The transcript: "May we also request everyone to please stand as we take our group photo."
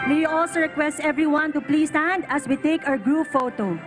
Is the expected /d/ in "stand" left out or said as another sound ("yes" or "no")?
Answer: no